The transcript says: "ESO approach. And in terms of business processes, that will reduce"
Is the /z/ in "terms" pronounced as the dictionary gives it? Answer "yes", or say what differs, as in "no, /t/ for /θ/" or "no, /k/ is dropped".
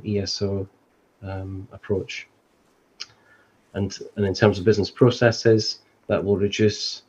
yes